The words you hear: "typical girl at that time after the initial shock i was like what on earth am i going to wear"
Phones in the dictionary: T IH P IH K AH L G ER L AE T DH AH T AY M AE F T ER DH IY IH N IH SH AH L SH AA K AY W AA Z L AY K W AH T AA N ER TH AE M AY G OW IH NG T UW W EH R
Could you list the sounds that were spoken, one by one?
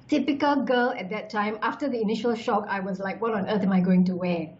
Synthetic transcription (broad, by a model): T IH P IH K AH L G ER L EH T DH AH T AY M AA F T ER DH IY IH N IH SH AH L SH AA K AY W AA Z L AY K W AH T AA N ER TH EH M AY G OW IH NG T UW W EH